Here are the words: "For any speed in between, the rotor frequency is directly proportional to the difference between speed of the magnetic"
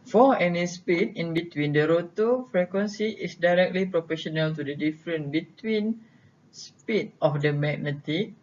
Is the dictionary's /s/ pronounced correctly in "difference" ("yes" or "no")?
no